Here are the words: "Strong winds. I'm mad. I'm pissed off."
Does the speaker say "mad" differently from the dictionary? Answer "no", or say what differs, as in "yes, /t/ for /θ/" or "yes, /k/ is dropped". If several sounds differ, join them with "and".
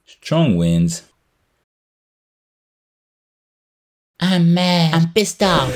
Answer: yes, /d/ is dropped